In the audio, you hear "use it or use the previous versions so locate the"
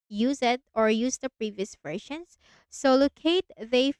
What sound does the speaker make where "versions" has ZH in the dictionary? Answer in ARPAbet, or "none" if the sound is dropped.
SH